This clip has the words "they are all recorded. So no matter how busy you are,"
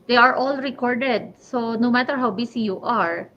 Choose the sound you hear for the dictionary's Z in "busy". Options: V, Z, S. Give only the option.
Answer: S